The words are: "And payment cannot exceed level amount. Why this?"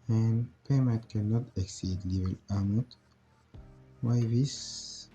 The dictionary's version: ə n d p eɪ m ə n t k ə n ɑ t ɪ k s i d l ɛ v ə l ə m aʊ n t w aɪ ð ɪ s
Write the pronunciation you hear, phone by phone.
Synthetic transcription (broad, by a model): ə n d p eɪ m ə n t k ə n ɑ t ɪ k s i d l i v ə l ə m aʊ t w aɪ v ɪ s